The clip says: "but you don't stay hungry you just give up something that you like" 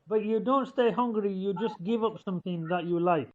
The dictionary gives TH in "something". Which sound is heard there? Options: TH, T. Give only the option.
TH